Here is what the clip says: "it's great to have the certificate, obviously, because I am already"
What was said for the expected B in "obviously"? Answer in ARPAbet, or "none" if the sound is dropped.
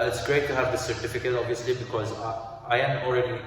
B